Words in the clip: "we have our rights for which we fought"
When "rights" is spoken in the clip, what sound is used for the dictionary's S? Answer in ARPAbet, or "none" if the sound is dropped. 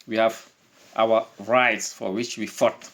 S